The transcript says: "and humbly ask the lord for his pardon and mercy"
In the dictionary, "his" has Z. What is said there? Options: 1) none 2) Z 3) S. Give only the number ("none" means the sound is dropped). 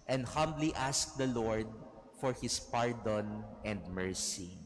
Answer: 3